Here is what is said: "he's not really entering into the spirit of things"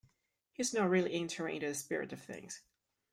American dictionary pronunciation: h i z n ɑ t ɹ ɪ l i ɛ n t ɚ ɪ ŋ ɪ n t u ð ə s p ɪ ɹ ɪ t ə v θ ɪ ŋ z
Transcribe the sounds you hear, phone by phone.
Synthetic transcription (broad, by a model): h i z n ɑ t ɹ ɪ l i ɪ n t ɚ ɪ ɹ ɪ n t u ð ə s p ɪ ɹ ɪ t ə v θ ɪ ŋ z